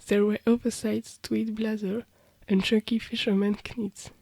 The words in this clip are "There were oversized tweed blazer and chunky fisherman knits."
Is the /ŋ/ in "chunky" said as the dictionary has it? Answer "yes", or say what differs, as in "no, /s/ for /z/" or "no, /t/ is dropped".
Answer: no, /ŋ/ is dropped